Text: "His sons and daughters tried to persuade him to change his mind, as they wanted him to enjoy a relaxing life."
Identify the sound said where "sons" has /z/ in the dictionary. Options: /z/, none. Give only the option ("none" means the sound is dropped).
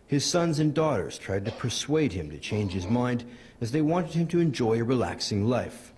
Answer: /z/